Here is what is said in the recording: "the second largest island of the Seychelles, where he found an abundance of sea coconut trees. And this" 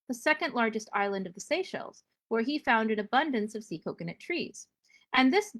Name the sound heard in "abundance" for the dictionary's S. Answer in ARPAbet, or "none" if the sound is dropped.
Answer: S